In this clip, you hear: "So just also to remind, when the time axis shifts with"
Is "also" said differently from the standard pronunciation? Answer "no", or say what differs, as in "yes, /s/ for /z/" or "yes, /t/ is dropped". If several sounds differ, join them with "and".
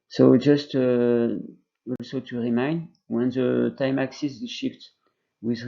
no